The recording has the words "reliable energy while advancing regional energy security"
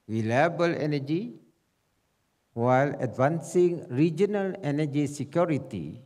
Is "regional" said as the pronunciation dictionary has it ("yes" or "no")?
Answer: yes